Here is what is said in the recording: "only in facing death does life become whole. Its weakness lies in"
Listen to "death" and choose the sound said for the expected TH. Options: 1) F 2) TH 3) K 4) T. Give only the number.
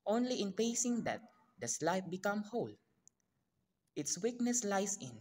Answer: 4